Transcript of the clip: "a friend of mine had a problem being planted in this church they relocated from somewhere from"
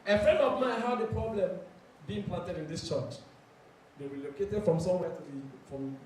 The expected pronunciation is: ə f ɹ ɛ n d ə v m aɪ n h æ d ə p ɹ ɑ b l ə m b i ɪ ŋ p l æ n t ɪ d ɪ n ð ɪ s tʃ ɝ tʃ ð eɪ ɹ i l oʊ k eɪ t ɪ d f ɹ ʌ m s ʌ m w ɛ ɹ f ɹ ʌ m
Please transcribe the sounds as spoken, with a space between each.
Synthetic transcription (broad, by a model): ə f ɹ ɛ n d ə v m aɪ n h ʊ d ə p ɹ ɑ b l ə m b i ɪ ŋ p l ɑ n t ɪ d ɪ n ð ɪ s tʃ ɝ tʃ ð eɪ w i l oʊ k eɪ t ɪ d f ɹ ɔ m s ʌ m w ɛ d f ɹ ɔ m